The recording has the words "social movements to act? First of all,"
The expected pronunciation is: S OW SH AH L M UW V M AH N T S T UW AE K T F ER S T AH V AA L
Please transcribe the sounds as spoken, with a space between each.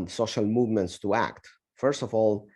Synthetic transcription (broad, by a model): S OW SH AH L M UW V M AH N T S T UW AE K T F ER S T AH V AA L